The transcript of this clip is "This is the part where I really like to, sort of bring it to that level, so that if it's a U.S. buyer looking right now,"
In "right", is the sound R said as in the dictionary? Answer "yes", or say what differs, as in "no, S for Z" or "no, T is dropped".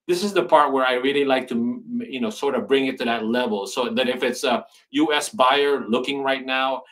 yes